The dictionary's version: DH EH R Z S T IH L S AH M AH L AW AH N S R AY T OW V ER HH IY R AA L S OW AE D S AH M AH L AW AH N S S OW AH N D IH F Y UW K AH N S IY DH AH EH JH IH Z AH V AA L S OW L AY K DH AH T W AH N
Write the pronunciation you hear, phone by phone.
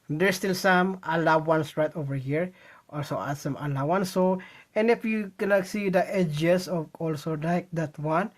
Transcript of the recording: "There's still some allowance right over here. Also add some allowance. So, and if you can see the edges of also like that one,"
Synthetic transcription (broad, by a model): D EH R S T IH L S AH M AH L AW AH N S R AY T OW V ER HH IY R AA L S OW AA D S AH M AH L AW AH N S S OW AH N D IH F Y UW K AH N S IY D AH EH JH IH S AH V AA L S OW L AY K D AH T W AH N